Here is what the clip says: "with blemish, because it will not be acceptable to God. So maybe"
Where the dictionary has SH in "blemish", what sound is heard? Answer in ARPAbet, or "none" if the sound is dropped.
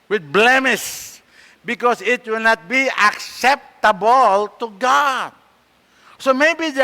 S